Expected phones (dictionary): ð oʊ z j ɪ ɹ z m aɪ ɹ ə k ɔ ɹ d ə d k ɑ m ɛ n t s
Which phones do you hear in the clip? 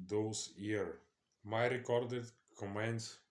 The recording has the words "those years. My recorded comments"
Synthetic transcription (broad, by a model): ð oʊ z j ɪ ɹ m aɪ ɹ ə k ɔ ɹ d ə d k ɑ m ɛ n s